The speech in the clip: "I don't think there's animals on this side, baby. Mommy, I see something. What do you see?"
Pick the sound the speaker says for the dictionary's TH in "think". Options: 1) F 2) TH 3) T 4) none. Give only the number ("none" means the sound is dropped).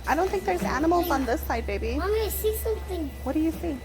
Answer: 3